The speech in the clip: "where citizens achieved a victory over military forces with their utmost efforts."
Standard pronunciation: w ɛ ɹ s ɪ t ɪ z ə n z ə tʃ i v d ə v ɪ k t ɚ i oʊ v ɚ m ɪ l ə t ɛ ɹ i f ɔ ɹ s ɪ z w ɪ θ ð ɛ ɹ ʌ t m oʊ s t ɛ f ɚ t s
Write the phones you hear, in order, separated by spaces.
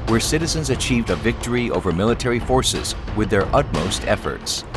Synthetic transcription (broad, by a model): w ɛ ɹ s ɪ t ɪ z ə n z ə tʃ i v d ə v ɪ k t ɚ i oʊ v ɚ m ɪ l ə t ɛ ɹ i f ɔ ɹ s ɪ z w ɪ ð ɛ ɹ ʌ t m oʊ s t ɛ f ɚ t s